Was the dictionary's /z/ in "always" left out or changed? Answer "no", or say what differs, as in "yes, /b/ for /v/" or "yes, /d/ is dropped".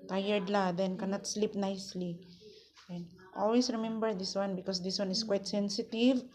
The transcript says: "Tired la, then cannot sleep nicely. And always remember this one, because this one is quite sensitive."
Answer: yes, /s/ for /z/